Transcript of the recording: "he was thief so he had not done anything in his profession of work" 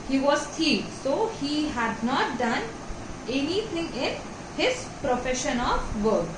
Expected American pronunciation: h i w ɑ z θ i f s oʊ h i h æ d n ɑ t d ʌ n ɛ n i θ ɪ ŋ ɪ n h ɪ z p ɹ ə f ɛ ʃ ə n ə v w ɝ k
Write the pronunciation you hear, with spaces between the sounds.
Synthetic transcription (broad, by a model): h i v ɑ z t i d s oʊ h i h æ d n ɑ t d ʌ n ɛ n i t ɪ ŋ ɪ n h ɪ z p ɹ ə f ɛ ʃ ə n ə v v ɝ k